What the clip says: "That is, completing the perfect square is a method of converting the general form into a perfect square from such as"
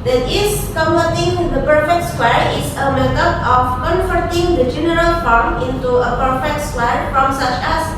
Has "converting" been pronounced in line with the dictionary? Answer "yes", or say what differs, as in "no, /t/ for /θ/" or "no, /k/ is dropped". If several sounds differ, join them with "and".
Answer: no, /f/ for /v/